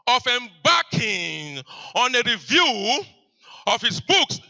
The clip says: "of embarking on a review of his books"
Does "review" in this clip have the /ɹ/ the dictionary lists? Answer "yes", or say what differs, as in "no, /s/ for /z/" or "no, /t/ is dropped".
yes